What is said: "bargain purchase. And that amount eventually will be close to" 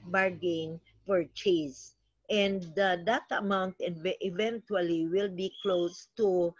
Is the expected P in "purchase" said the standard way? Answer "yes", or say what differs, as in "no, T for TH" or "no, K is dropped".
no, F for P